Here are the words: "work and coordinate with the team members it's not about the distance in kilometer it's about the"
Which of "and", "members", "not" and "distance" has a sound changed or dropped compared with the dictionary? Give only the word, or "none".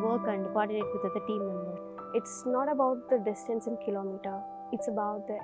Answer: members